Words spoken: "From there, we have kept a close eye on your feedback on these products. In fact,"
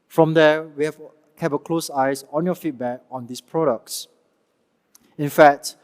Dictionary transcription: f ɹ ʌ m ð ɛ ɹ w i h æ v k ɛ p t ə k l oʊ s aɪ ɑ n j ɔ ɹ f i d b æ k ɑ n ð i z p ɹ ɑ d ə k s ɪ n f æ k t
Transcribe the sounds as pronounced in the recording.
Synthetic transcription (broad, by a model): f ɹ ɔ m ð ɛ w i h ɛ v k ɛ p ə k l oʊ s aɪ ɑ n j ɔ f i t b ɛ k ɑ n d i s p ɹ ɑ d ə k s ɪ n f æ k t